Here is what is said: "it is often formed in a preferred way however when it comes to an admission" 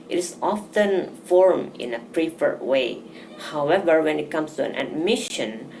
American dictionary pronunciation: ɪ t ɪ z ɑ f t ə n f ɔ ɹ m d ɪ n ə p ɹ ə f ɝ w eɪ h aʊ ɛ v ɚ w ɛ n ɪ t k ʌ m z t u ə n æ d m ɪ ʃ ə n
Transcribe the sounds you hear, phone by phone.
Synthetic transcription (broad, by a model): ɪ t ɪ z ɑ f t ə n f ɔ ɹ m ɪ n ə p ɹ ə f ɝ w eɪ h aʊ ɛ v ɚ w ɛ n ɪ t k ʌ m s t u ə n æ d m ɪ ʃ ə n